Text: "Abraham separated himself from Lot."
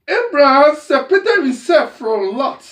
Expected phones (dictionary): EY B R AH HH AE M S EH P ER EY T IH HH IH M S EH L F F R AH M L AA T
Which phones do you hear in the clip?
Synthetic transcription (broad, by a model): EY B R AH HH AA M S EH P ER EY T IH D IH S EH F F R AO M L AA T